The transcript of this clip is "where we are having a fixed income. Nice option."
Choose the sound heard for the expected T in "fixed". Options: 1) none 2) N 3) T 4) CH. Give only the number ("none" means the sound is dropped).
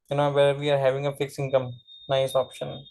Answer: 1